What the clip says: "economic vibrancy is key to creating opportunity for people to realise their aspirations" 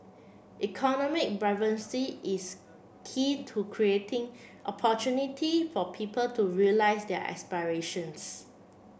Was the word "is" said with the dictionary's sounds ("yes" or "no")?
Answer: no